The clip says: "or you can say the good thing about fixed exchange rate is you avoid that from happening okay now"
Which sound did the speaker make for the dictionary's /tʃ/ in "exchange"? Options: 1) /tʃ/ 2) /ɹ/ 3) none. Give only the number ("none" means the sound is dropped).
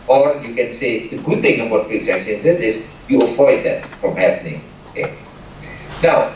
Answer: 3